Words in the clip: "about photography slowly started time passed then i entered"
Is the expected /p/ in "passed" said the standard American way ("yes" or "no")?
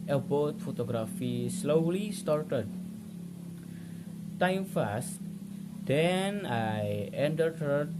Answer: no